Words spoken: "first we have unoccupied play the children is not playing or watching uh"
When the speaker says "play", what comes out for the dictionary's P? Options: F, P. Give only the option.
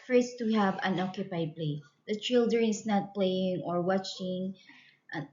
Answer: P